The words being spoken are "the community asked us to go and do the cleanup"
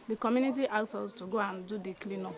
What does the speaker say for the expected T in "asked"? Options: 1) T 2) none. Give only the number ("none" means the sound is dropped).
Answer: 2